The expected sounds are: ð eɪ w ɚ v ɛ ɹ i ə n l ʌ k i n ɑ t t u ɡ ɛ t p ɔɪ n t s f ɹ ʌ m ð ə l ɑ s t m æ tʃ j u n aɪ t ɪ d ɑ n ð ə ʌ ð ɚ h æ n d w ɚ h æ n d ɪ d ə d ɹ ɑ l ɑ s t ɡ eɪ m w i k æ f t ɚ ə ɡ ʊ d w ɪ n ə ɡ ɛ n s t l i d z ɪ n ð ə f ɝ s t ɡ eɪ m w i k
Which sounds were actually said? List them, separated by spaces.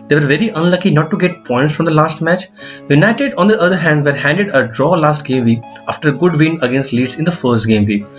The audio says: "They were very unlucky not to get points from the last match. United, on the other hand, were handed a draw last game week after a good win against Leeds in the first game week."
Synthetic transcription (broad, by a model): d eɪ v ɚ v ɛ ɹ i ə n l ʌ k i n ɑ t t u ɡ ɛ t p ɔɪ n t s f ɹ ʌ m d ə l ɑ s t m æ tʃ j u n aɪ t ɪ d ɑ n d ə ʌ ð ɚ h æ n d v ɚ h æ n d ɪ d ə d ɹ ɑ l ɑ s t ɡ eɪ m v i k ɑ f t ɚ ə ɡ ʊ d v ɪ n ə ɡ ɛ n s t l i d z ɪ n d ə f ɝ s t ɡ eɪ m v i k